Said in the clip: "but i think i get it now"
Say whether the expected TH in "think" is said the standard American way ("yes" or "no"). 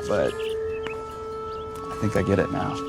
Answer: yes